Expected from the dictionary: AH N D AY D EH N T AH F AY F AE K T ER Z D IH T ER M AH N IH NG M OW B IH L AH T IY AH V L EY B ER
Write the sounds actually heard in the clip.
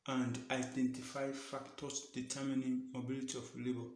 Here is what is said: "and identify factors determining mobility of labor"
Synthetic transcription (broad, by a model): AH N D AY D EH N T AH F AY F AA K T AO S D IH T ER M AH N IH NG M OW B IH L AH T IY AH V L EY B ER